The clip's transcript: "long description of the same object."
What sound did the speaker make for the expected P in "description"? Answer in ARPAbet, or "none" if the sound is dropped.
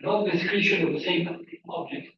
none